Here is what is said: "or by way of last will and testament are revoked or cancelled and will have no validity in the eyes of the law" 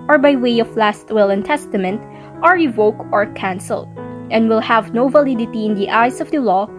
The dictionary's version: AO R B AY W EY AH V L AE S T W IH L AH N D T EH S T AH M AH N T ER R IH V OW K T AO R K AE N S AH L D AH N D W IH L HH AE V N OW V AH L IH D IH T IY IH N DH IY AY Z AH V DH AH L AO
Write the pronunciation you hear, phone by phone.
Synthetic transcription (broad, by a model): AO R B AY W EY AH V L AE S T W IH L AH N T EH S T AH M AH N T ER R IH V OW K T AO R K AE N S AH L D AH N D W IH L HH AE V N OW V AH L IH D IH T IY IH N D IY AY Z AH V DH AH L AO